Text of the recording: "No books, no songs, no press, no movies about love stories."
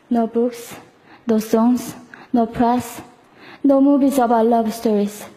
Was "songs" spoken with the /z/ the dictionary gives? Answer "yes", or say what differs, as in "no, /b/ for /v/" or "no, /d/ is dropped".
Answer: no, /s/ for /z/